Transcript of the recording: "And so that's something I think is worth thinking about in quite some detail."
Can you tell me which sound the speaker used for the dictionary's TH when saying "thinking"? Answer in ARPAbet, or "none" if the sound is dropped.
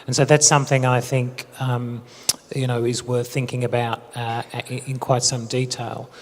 TH